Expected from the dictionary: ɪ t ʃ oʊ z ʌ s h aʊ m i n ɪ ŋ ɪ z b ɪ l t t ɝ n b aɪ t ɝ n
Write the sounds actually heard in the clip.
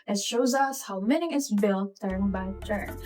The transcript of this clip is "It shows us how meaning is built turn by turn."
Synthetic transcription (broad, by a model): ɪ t ʃ oʊ z ʌ s h aʊ m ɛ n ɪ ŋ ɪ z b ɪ l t t ɝ n b aɪ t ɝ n